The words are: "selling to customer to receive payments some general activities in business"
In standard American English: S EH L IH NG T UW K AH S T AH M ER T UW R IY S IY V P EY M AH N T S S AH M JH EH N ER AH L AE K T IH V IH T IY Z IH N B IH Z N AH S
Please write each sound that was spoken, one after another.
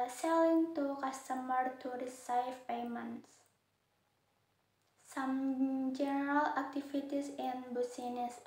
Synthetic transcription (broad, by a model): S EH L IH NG T UW K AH S T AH M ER T UW R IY S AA F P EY M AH N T S S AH M JH EH N ER AH L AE K T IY F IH T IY S IH N B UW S N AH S